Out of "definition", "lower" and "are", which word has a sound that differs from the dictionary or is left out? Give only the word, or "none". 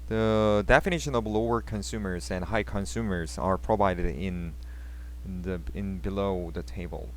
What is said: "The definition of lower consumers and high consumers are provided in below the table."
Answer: none